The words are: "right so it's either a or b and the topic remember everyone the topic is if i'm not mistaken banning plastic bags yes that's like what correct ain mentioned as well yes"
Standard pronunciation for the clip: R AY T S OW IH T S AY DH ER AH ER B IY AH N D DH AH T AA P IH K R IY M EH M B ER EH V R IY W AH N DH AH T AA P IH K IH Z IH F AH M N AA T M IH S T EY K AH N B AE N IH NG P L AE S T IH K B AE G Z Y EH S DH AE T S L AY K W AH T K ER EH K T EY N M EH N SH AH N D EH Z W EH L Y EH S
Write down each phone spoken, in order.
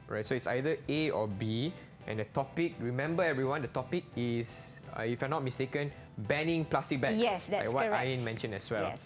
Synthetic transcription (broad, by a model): R AY T S OW IH T S AY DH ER AH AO B IY AH N D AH T AA P IH K R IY M EH M B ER EH V R IY W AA N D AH T AA P IH K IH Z IH F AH N AA T M IH S T EY K AH N B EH N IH NG P L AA S T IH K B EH Y EH S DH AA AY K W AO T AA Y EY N M EH N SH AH N EH S W EH L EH